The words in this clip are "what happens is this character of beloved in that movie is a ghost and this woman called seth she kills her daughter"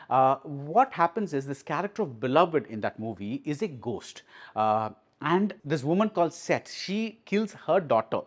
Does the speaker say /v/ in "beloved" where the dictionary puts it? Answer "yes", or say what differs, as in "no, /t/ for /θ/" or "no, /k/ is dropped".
yes